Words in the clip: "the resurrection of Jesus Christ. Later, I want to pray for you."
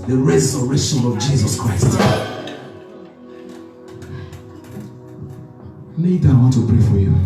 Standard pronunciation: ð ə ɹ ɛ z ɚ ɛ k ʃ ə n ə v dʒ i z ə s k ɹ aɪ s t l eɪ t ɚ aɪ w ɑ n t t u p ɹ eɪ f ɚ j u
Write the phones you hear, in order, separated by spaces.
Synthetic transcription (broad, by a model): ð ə ɹ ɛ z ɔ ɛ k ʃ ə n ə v dʒ i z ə s k ɹ aɪ s t n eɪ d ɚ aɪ w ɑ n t t u p ɹ eɪ f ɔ j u